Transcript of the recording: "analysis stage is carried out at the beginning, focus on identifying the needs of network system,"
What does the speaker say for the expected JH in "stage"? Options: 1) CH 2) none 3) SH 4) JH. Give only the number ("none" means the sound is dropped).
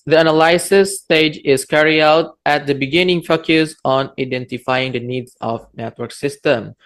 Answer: 4